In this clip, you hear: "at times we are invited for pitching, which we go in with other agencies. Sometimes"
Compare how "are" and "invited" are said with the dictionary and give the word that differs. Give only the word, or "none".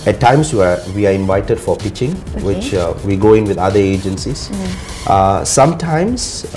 are